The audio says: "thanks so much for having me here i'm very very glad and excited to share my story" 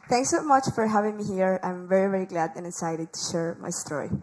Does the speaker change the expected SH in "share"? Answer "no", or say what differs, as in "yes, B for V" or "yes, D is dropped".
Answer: no